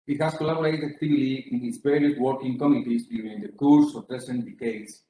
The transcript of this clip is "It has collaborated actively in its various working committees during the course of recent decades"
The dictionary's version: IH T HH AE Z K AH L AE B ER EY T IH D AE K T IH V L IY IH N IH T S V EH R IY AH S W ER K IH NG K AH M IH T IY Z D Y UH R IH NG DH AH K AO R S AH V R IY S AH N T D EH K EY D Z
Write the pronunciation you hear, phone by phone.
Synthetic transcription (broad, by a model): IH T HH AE S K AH L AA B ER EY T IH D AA K T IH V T IY IH N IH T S P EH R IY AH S W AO K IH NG K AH M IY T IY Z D Y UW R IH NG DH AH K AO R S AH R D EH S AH N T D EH K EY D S